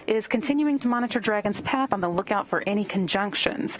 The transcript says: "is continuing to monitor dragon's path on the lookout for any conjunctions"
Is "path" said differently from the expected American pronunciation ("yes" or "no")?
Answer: no